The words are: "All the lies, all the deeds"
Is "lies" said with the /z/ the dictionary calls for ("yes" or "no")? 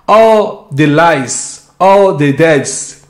no